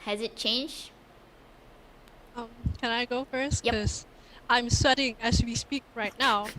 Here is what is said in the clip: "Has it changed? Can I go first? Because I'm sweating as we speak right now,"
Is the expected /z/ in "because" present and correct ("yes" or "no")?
no